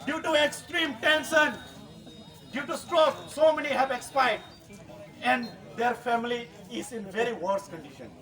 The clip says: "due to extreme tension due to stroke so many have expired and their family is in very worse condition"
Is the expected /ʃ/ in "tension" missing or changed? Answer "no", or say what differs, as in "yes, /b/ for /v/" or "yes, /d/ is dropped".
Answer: yes, /s/ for /ʃ/